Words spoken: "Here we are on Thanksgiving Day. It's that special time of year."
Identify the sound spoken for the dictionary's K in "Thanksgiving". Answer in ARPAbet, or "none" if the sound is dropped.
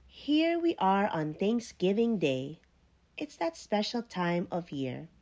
K